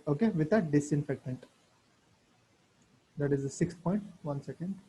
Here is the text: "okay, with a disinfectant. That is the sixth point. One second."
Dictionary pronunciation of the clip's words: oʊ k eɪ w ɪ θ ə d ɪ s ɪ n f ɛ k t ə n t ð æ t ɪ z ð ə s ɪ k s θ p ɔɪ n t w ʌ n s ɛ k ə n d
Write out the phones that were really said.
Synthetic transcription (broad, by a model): oʊ k eɪ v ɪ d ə d ɪ s ɪ n f ɛ k t ə n t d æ t ɪ z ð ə s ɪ k s p ɔɪ n t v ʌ n s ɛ k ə n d